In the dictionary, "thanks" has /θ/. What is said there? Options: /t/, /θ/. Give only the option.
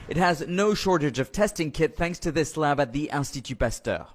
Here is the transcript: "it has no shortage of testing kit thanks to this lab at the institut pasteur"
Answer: /θ/